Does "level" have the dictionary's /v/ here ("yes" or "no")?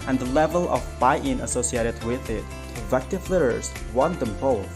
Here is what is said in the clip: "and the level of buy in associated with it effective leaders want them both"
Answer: yes